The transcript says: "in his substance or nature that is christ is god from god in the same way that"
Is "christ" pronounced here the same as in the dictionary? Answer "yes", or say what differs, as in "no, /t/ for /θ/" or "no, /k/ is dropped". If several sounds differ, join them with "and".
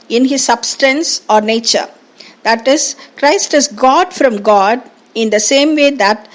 yes